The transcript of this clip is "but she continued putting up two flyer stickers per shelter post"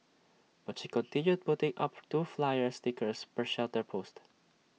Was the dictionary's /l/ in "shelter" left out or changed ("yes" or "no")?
no